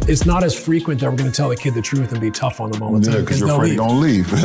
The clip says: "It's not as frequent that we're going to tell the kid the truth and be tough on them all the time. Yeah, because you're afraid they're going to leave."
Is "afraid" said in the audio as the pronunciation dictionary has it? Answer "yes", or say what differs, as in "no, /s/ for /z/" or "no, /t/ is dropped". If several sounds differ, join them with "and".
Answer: no, /f/ is dropped